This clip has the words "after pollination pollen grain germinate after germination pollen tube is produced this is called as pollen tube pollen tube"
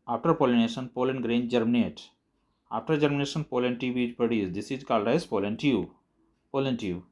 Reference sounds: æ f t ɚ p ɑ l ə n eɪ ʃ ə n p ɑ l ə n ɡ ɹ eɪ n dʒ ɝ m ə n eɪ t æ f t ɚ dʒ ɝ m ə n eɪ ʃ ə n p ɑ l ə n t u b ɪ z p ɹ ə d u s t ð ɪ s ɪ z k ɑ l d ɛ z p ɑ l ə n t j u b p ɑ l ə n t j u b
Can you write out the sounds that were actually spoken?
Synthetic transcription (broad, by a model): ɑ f t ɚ p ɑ l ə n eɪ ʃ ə n p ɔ l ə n ɡ ɹ eɪ n dʒ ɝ m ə n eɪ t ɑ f t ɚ dʒ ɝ m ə n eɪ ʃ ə n p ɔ l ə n t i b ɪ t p ə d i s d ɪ s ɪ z k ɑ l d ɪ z p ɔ l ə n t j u p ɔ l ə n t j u